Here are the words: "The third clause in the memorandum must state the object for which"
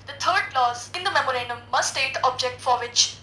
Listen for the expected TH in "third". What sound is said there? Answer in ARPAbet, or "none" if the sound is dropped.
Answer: T